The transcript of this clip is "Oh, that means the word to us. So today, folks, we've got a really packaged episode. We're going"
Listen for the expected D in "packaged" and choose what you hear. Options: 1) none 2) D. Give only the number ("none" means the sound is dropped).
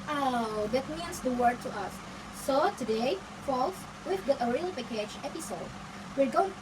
1